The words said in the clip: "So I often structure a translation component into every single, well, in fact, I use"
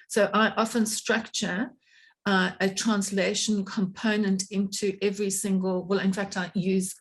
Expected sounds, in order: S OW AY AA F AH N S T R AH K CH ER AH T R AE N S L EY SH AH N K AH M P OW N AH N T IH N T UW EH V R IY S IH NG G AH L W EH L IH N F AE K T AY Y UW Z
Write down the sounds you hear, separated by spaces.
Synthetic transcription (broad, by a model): S OW AY AA F AH N S T R AH K CH ER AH T R AE N S L EY SH AH N K AH M P OW N AH N T IH N T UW EH V R IY S IH NG G AH L W EH L IH N F AE K T AY Y UW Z